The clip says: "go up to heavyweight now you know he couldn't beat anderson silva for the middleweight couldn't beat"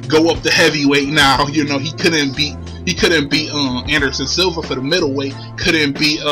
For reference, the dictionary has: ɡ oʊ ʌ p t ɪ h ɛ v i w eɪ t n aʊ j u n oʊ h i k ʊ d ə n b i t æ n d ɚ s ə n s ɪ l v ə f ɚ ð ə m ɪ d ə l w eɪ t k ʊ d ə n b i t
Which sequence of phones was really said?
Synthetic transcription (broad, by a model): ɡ oʊ ʌ p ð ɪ h ɛ v i w eɪ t n aʊ j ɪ n oʊ h i k ʊ d n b i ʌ æ n d ɚ s ə n s ɪ l v ə f ɚ ð ə m ɪ d l w eɪ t k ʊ d n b i